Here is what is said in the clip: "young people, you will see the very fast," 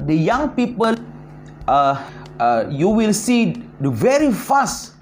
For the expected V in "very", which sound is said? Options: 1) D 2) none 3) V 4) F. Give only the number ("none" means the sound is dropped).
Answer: 3